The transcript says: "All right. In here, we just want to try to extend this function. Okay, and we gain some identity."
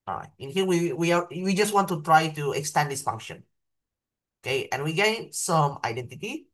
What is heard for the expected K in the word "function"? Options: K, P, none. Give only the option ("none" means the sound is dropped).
K